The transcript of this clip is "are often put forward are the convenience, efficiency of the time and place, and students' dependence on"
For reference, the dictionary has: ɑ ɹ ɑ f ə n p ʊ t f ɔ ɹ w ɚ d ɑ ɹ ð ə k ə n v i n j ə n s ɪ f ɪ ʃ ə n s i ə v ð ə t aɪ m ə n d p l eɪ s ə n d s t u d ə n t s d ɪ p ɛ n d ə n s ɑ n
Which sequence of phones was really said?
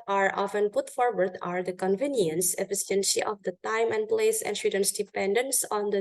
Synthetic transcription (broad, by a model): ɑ ɹ ɑ f ə n p ʊ t f ɔ ɹ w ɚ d ɑ ɹ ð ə k ə n v i n j ə n s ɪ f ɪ s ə n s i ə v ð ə t aɪ m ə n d p l eɪ s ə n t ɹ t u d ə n s d ɪ p ɛ n d ə n s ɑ n